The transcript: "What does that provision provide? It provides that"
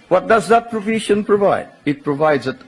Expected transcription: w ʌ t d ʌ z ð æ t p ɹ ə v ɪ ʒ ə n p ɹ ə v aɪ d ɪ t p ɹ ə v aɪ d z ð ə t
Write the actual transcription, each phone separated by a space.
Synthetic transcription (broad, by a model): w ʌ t d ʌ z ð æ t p ɹ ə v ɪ ʃ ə n p ɹ ə v aɪ d ɪ t p ɹ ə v aɪ d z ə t